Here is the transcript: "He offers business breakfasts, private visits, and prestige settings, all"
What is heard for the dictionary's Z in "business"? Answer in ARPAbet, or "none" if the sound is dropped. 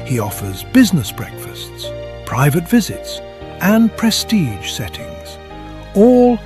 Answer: Z